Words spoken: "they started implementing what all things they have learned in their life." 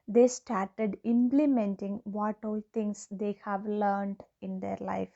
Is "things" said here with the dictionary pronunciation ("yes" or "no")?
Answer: no